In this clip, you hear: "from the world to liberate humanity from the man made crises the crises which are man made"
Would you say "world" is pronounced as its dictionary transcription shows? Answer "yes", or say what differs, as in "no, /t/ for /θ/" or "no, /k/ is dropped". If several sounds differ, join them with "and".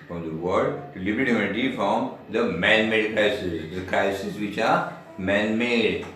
no, /l/ is dropped